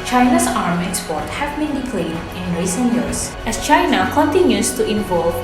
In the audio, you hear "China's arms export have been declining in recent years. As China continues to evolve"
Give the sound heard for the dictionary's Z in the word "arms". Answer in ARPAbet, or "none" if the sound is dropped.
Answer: none